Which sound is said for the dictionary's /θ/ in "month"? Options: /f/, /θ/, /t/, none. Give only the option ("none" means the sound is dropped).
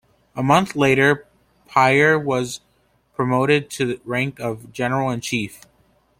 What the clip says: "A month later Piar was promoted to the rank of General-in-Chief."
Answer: /θ/